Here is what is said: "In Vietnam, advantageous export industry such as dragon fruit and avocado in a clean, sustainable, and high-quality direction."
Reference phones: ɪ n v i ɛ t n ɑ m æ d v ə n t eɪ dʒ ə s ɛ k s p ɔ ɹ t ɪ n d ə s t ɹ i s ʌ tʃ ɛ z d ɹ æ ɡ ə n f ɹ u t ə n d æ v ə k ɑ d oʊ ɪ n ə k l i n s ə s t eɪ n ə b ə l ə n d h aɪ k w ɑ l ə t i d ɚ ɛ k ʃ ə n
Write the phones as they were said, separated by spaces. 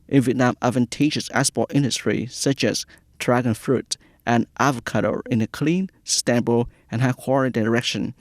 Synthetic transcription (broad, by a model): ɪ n v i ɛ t n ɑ m æ d v ə n t eɪ dʒ ə s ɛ s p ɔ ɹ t ɪ n d ə s t ɹ i s ʌ tʃ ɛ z d ɹ æ ɡ ə n f ɹ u t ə n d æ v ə k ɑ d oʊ ɪ n ə k l i n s s t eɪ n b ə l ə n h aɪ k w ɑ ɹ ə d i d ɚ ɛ k ʃ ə n